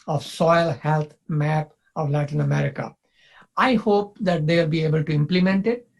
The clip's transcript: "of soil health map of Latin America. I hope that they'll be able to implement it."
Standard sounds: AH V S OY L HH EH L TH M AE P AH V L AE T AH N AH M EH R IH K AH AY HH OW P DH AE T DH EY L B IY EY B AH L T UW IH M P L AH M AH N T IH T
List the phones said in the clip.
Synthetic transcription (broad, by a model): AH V S OY L HH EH L T M AE P AH V L AE T AH N AH M EH R IH K AH AY HH OW P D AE T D EY L B IY EY B AH L T UW IH M P L AH M AH N T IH T